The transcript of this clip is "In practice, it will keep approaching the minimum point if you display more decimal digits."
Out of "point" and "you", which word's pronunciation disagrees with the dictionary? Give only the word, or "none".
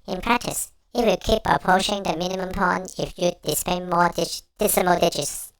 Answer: point